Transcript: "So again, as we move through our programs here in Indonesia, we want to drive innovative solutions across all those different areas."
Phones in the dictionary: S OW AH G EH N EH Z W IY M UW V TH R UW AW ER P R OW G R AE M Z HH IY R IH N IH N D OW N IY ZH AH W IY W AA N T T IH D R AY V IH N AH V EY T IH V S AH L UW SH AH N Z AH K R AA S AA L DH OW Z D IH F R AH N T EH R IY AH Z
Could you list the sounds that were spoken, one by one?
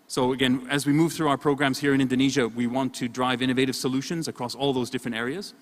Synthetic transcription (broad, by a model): S OW AH G EH N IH Z W IY M UW V TH R UW AW ER P R OW G R AE M Z HH IY R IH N IH N D OW N IY ZH AH W IY W AA N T T IH D R AY V IH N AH V EY T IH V S AH L UW SH AH N Z AH K R AA S AA L DH OW Z D IH F R AH N T EH R IY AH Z